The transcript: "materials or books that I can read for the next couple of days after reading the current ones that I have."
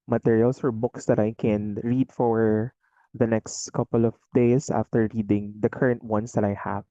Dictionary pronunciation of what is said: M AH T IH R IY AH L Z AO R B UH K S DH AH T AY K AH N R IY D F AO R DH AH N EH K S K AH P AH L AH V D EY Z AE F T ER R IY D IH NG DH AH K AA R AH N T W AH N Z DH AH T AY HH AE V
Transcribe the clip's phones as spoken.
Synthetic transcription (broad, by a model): M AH T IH R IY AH L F AO R B UH K S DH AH T AY K AH N R IY D F AO R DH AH N EH K S K AH P AH L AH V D EY S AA F T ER R IY D IH NG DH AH K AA R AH N T W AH N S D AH T AY HH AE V